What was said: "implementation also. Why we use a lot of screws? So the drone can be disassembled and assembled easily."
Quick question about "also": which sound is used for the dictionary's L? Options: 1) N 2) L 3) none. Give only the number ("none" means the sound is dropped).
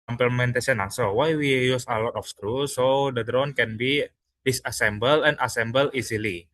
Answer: 3